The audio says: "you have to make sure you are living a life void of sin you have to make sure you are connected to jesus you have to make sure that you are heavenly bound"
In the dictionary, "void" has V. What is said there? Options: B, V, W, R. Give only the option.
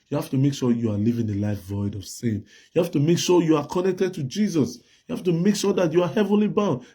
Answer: V